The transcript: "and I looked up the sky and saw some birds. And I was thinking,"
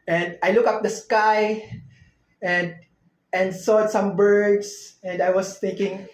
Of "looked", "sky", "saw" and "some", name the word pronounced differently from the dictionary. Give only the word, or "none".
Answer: looked